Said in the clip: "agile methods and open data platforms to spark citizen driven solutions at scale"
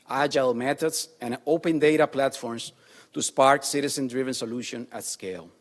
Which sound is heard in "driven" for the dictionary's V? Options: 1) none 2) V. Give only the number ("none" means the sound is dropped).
2